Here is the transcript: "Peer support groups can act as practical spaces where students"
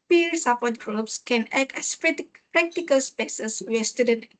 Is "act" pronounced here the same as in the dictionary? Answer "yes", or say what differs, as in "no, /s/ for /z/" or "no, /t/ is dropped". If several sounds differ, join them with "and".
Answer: no, /t/ is dropped